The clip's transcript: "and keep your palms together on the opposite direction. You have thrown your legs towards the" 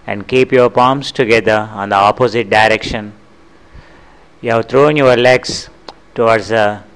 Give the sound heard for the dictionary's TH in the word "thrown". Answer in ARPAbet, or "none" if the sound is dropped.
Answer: T